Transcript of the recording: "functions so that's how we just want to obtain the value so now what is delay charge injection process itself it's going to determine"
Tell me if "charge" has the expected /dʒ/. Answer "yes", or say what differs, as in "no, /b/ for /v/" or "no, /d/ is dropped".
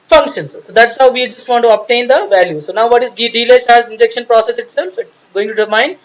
no, /z/ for /dʒ/